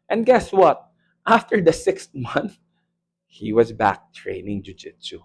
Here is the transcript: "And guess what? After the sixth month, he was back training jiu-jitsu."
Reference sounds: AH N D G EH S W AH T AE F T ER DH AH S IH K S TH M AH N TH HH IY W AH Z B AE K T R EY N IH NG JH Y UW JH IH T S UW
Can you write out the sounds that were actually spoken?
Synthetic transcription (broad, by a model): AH N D G EH S W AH T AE F T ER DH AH S IH K S T M AH N TH HH IY W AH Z B AE K T R EY N IH NG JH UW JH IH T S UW